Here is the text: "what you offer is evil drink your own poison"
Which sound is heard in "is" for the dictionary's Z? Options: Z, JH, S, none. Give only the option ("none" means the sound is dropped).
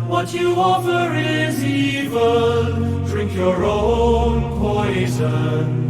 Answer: Z